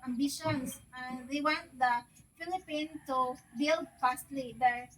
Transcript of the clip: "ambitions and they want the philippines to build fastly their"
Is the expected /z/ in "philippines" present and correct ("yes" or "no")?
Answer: no